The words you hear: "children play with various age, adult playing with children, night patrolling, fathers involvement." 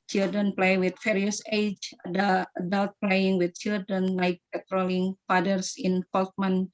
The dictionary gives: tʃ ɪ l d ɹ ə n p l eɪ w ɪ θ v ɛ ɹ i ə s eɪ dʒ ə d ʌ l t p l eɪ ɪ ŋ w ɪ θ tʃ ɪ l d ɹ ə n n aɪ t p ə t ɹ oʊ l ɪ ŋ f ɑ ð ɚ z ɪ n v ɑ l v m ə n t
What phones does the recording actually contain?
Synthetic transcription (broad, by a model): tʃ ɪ l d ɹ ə n p l eɪ w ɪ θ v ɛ ɹ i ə s eɪ dʒ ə d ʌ l t p l eɪ ɪ ŋ w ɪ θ tʃ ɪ l d ɹ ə n l aɪ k p ə t ɹ oʊ l ɪ ŋ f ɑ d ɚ s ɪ n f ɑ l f m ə n